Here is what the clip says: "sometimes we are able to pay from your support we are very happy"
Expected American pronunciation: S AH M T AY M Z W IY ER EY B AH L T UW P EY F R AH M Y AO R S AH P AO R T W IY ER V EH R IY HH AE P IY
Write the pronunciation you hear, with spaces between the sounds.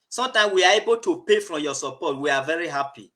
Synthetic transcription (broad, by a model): S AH M T AY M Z W IY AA EY B AH L T UW P EY F R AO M Y AO S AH P AO T W IY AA V EH R IY HH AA P IY